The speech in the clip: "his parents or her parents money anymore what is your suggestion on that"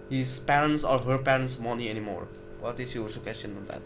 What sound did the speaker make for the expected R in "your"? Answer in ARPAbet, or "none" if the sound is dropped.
L